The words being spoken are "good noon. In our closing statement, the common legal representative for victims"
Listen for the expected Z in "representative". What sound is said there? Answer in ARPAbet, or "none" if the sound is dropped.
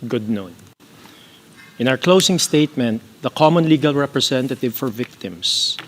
S